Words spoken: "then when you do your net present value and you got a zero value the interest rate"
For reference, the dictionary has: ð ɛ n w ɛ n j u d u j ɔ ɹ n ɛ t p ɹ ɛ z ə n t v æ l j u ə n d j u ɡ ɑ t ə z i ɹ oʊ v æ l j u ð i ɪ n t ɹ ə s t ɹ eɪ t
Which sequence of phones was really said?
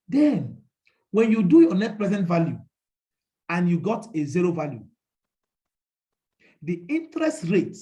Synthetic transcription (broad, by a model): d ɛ n w ɛ n j u d u j ɔ n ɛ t p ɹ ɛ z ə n t v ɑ l j u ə n j u ɡ ɑ t ə z i ɹ oʊ v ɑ l j u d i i n t ɹ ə s t ɹ eɪ t